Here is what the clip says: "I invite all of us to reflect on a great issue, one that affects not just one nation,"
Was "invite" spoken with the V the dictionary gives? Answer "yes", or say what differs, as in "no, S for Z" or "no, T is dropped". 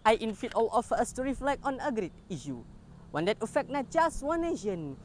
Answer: no, F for V